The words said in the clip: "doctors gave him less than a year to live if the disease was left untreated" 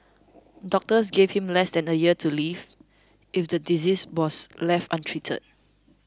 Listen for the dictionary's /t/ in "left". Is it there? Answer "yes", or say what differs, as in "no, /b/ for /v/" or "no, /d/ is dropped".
yes